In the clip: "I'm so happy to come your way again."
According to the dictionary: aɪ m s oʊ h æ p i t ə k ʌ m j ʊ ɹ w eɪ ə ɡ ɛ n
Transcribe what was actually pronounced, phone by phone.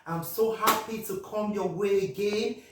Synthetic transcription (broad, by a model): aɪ m s oʊ h æ p i t ə k ʌ m j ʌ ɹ w eɪ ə ɡ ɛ n